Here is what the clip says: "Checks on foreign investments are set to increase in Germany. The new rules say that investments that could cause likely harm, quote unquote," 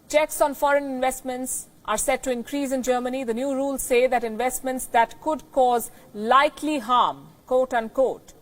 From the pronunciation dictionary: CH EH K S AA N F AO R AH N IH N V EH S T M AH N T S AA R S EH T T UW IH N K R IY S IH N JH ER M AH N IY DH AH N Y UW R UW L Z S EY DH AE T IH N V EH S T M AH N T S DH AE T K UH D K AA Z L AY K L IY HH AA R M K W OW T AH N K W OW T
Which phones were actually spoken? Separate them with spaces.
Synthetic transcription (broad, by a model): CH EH K S AA N F AO R AH N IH N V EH S T M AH N T S AA R S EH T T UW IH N K R IY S IH N JH ER M AH N IY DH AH N Y UW R UW L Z S EY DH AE T IH N V EH S T M AH N T S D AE T K UH D K AA Z L AY K L IY HH AA R M K OW T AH N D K OW T